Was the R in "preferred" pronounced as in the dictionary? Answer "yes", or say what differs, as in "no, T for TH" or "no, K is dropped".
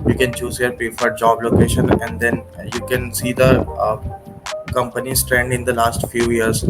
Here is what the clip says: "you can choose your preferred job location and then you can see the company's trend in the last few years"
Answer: no, R is dropped